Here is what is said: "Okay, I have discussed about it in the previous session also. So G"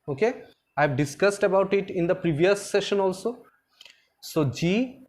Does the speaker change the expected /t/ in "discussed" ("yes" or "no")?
no